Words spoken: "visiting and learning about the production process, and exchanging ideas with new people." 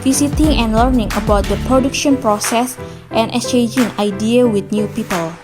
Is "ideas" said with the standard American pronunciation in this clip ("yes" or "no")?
no